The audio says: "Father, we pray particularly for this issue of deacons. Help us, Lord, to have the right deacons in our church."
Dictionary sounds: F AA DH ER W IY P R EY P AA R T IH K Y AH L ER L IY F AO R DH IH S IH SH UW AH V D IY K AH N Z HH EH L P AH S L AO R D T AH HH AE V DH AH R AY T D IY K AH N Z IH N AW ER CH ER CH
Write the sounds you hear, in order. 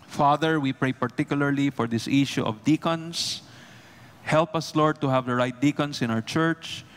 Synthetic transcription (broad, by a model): F AA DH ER W IY P R EY P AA R T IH K Y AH L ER L IY F AO R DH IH S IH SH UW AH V D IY K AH N S HH EH L P AH S L AO R D T AH HH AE V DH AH R AY T D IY K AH N S IH N AW ER CH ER CH